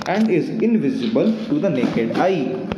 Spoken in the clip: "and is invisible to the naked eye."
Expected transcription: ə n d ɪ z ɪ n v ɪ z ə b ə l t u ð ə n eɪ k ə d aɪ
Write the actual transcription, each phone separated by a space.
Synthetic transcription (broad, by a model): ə n d ɪ z ɪ n v ɪ z ə b ə l t u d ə n eɪ k ə d aɪ